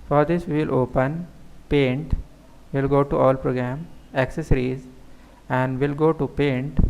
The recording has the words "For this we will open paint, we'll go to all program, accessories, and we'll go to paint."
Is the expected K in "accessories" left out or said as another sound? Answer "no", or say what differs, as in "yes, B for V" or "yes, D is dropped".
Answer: no